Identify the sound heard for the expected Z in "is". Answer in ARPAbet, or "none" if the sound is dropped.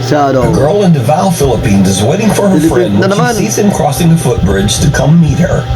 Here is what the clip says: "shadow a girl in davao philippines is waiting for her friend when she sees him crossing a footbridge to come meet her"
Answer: Z